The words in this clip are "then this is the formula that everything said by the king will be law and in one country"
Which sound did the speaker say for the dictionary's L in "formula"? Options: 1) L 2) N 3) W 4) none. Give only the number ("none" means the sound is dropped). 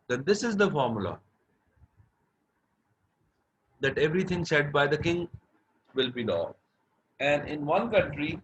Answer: 1